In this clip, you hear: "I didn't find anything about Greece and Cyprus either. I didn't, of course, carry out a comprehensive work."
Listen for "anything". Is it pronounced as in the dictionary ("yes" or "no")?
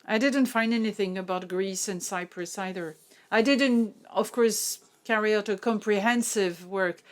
yes